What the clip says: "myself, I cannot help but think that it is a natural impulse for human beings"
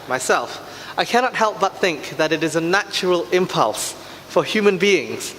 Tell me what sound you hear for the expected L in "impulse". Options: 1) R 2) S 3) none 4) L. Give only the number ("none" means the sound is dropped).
4